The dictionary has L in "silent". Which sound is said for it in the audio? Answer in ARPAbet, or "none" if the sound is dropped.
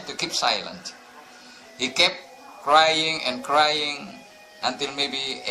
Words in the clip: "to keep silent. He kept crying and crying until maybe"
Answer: L